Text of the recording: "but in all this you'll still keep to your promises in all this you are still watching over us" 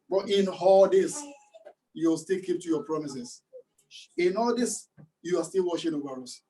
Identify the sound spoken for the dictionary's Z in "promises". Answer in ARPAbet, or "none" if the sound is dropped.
S